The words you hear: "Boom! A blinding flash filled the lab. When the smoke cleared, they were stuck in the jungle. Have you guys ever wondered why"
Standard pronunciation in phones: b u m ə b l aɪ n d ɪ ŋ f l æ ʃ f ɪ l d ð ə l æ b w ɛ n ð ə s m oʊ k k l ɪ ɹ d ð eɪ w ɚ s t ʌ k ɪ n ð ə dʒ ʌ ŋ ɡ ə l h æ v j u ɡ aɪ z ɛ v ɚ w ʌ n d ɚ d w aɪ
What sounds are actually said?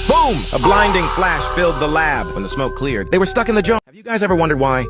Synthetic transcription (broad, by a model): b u m ə b l aɪ n d ɪ ŋ f l æ ʃ f ɪ l d ð ə l æ b w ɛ n ð ə s m oʊ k k l ɪ ɹ d ð eɪ w ɚ s t ʌ k ɪ n ð ə dʒ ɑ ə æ v j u ɡ aɪ z ɛ v ɚ w ʌ n d ɚ d w aɪ